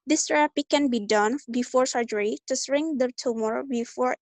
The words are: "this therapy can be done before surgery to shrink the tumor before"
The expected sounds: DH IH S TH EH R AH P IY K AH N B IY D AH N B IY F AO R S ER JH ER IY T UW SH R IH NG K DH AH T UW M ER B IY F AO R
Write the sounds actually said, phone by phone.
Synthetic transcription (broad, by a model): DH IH S T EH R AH P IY K AH N B IY D AH N B IY F AO R S ER JH ER IY T UW S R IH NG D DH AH T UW M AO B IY F AO R